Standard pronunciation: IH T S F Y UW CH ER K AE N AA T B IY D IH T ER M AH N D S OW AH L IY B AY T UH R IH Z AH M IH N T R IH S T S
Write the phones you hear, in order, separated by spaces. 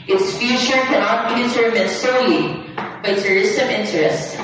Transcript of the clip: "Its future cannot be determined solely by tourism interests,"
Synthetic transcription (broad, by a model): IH T S F Y UW CH ER K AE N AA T B IY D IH T ER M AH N S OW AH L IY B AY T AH R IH S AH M IH N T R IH S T